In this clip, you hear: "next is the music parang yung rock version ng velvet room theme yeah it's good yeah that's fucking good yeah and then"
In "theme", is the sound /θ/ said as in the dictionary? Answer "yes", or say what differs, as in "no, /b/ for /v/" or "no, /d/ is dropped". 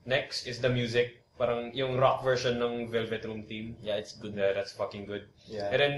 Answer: no, /t/ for /θ/